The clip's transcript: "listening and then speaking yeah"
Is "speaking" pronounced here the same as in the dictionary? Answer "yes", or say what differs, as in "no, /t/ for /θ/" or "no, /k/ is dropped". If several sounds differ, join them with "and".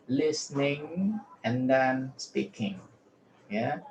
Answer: yes